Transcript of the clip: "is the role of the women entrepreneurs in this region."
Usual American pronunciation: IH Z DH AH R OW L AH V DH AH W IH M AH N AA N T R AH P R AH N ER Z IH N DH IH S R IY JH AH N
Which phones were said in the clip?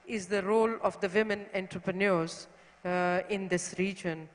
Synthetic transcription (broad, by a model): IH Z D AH R OW L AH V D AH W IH M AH N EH N T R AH P R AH N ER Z IH N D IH S R IY JH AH N